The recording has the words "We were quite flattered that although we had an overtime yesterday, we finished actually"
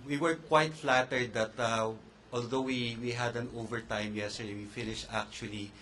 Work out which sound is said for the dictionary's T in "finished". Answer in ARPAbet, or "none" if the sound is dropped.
T